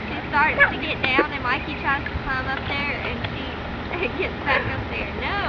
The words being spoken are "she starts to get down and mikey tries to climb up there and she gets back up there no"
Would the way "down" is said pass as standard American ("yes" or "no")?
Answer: yes